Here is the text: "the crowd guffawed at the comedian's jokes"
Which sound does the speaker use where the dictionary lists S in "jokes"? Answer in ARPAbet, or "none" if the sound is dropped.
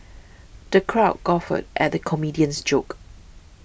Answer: none